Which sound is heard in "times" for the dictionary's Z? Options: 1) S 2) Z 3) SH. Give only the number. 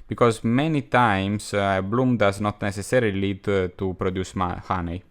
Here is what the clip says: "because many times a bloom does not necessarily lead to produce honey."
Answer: 1